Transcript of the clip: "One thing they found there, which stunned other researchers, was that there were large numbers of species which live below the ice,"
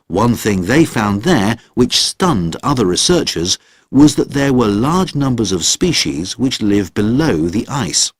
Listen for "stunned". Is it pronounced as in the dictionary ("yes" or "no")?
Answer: yes